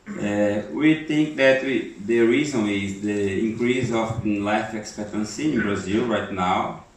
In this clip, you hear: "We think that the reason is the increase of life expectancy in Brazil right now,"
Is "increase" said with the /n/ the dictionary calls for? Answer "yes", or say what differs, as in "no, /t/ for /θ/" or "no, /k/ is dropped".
no, /n/ is dropped